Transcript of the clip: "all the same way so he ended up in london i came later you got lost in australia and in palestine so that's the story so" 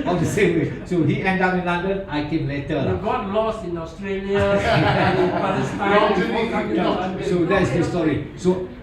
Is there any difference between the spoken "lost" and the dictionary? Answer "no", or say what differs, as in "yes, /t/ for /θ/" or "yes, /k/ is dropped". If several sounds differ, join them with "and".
yes, /t/ is dropped